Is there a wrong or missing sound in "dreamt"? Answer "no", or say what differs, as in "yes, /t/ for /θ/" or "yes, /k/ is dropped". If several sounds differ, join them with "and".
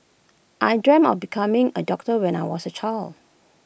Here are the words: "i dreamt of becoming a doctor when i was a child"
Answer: yes, /t/ is dropped